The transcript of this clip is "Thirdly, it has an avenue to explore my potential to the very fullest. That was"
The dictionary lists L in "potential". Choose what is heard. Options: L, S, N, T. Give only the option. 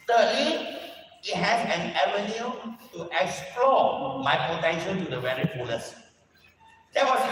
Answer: N